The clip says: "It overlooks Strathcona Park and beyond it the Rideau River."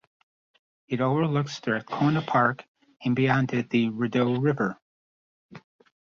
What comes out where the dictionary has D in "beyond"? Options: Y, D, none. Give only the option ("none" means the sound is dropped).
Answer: D